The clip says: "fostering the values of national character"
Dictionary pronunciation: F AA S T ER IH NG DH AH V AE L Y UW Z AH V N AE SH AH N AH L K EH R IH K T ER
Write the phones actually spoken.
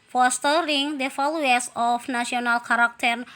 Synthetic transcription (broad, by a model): F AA S T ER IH NG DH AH F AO L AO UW S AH F N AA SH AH N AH L K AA R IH K T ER